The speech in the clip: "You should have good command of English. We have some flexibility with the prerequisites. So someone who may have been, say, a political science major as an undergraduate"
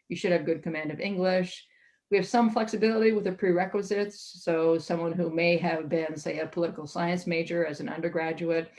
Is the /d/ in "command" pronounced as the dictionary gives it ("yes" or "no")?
yes